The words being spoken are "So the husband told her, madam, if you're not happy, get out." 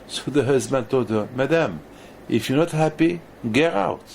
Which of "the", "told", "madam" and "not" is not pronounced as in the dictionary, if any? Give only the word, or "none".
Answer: told